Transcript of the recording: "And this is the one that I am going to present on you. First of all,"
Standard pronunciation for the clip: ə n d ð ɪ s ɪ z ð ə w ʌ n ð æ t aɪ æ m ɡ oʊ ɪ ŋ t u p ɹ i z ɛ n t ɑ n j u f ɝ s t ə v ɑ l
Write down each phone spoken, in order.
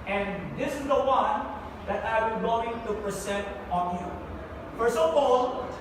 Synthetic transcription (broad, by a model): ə n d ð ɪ s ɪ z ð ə w ʌ n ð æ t aɪ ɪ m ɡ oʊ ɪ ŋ t u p ɹ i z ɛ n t ɑ n j u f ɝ s ə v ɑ l